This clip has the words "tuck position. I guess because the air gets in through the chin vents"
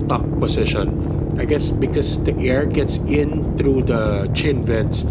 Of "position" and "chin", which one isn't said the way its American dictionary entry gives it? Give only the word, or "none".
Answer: position